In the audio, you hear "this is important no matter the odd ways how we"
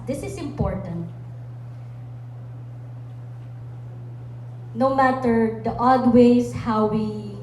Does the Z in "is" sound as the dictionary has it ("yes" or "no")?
no